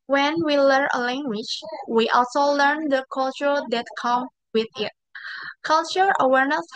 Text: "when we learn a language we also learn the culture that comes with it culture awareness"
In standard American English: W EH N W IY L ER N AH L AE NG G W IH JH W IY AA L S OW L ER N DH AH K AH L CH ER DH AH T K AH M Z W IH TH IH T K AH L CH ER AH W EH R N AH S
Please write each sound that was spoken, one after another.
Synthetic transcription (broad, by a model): W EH N W IY L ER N AH L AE NG G W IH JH W IY AA L S OW L ER N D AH K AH L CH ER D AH T K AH M W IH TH IH T K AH L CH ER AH W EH R N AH S